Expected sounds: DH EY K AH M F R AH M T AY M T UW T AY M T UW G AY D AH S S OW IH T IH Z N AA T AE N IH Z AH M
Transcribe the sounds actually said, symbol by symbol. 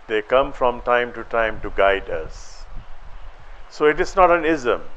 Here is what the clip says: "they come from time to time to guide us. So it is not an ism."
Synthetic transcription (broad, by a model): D EY K AH M F R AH M T AY M T UW T AY M T UW G AY D AH S S OW IH T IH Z N AA T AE N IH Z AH M